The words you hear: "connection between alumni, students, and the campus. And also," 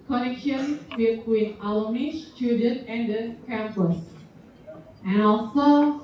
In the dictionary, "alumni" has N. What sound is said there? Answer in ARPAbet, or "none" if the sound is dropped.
none